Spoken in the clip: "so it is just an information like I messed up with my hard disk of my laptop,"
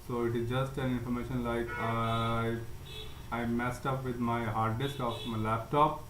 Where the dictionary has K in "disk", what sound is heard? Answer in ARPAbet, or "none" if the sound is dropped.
K